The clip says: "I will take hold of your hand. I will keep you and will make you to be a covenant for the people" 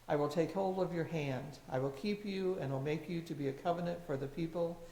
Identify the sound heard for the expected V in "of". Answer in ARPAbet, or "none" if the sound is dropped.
V